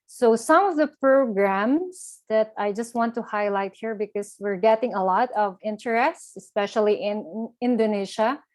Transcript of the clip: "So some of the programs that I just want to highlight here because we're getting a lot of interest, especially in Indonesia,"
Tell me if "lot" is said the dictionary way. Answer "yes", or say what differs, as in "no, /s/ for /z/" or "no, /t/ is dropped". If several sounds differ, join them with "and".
yes